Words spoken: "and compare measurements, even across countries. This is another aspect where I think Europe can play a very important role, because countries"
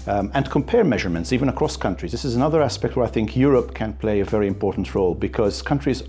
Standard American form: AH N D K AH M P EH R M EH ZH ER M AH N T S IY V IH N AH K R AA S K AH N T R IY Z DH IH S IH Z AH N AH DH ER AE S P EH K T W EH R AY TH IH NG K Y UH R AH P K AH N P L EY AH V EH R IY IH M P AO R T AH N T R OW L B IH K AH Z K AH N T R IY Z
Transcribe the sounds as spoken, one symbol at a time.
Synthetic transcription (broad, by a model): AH N K AH M P EH R M EH ZH ER M AH N T S IY V IH N AH K R AA S K AH N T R IY Z DH IH S IH Z AH N AH DH ER AE S P EH K T W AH R AY TH IH NG K Y UH R AH P K AH N P L EY AH V EH R IY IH M P AO R T N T R OW L B IH K AH Z K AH N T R IY Z